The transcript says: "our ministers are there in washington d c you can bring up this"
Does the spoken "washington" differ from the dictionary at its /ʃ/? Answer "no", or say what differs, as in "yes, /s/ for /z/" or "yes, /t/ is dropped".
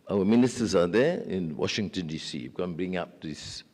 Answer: no